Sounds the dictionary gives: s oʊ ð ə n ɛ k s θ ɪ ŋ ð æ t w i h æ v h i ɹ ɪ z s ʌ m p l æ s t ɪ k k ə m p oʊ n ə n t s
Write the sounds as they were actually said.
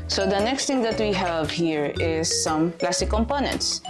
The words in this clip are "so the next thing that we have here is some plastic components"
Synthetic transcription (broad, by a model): s oʊ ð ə n ɛ k s t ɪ ŋ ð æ t w i h æ v h i ɹ ɪ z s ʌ m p l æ s t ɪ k k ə m p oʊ n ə n t s